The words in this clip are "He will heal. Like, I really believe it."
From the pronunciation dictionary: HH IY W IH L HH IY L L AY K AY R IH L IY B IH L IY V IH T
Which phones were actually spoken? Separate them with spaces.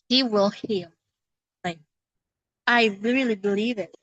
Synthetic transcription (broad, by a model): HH IY W IH L HH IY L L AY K AY R IH L IY B IH L IY V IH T